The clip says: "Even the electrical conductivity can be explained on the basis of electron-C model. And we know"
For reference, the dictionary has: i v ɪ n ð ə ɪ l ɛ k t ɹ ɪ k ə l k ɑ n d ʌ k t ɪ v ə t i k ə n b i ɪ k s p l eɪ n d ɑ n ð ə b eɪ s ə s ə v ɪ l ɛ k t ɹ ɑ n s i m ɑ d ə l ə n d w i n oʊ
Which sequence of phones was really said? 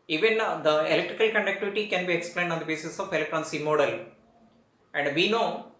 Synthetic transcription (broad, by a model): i v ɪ n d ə ɪ l ɛ k t ɹ ɪ k ə l k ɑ n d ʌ k t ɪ v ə t i k ə n b i ɪ k s p l eɪ n d ɑ n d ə b eɪ s ə s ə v ɪ l ɛ k t ɹ ɑ n s i m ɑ d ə l ə n d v i n oʊ